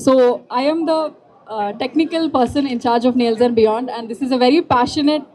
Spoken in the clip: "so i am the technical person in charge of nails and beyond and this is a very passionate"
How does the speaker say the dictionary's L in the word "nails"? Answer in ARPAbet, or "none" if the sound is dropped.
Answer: L